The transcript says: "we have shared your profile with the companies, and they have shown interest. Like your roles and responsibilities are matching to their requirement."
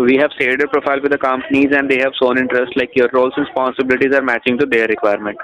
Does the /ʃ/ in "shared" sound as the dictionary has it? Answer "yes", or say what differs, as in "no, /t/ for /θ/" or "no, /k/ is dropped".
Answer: no, /s/ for /ʃ/